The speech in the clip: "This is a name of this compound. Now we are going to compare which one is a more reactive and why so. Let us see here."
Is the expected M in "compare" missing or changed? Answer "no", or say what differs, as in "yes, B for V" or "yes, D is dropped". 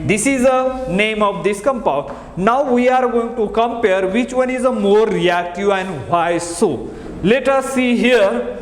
no